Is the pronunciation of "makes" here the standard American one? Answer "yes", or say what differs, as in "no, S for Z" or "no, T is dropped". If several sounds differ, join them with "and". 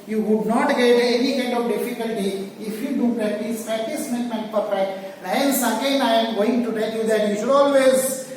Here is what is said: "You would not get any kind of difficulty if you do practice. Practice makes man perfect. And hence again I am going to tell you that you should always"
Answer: no, S is dropped